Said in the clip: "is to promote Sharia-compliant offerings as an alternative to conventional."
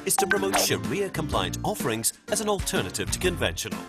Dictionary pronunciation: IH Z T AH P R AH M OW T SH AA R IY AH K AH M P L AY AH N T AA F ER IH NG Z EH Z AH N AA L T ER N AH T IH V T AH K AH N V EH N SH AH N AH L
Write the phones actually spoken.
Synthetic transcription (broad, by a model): IH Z T AH P R AH M OW T SH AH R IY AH K AH M P L AY AH N T AA F ER IH NG Z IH Z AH N AA L T ER N AH T IH V T AH K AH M V EH N SH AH N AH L